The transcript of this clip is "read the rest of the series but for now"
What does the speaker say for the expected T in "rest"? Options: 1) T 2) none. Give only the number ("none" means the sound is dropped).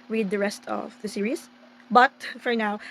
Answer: 1